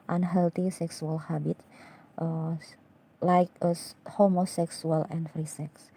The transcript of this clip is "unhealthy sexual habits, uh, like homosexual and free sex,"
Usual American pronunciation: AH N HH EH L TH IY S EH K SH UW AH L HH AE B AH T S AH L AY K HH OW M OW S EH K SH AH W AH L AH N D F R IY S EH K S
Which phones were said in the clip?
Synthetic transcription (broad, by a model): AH N HH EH L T IY S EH K S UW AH L HH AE B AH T AH L AY K HH OW M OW S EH K S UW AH L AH N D F R IY S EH K S